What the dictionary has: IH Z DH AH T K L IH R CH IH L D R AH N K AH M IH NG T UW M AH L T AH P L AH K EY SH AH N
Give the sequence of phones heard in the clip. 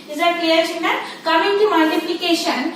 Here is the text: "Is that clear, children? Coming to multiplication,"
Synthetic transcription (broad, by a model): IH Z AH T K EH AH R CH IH N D AH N K AH M IH NG T UW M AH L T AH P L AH K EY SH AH N